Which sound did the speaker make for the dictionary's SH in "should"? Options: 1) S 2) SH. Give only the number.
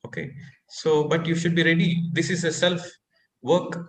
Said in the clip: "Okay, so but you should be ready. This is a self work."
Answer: 2